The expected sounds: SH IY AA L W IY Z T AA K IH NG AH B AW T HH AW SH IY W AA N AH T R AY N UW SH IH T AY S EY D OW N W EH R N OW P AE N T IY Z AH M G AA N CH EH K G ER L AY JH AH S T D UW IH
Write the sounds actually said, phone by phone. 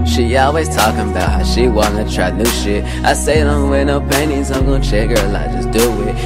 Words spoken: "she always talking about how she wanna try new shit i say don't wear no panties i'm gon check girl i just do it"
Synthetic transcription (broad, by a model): SH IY AA L W IY Z T AA K IH NG AH B AW T HH AW SH IY W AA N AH T R AY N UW SH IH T AY S EY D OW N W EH N OW P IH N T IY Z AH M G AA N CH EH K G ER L AY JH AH S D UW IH